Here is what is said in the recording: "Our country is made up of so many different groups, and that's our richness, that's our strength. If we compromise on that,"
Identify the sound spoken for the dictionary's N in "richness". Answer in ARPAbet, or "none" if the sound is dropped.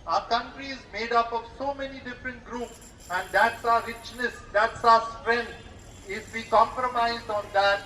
N